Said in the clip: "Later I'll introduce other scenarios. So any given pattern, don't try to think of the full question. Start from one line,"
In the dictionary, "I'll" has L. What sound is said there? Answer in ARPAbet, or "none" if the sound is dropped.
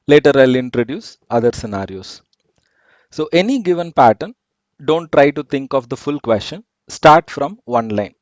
L